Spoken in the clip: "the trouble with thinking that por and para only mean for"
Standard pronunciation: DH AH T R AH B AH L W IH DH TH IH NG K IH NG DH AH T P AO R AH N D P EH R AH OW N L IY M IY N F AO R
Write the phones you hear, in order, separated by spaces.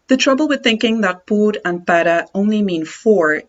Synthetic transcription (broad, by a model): DH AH T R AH B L W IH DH TH IH NG K IH NG DH AH T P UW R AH N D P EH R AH OW N L IY M IY N F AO R